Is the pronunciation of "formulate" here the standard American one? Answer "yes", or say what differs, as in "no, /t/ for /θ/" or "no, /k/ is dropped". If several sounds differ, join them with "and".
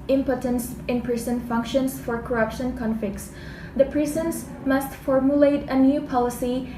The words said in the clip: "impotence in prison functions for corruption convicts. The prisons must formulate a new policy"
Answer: yes